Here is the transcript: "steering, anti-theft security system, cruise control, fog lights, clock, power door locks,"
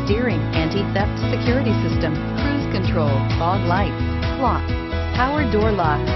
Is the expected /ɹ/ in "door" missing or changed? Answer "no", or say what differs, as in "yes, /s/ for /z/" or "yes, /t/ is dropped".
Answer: no